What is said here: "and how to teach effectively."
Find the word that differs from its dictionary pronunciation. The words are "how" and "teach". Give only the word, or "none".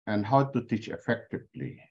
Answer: none